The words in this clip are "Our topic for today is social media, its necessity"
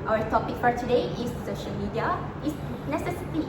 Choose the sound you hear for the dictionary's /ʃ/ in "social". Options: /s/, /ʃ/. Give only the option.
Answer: /ʃ/